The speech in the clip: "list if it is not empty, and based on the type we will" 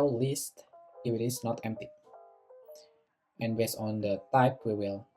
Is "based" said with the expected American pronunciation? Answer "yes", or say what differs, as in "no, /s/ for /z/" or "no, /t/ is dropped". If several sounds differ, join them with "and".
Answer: no, /t/ is dropped